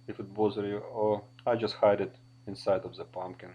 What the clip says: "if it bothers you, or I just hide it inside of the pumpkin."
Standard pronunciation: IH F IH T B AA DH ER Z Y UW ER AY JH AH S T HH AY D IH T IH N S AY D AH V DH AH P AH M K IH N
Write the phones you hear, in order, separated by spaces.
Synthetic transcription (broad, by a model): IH F IH T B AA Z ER Y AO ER AY JH AH S T HH AY D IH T IH N S AY D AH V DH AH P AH M K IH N